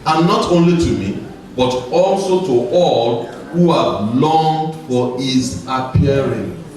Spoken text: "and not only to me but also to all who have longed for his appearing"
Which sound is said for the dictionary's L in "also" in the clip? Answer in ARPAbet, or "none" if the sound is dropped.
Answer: L